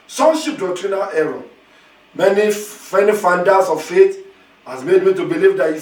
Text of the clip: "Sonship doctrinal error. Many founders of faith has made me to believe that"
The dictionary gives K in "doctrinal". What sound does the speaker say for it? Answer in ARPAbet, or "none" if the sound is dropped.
K